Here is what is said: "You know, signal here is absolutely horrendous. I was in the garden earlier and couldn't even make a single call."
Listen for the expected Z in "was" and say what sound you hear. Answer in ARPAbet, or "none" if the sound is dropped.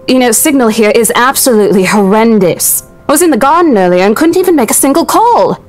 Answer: Z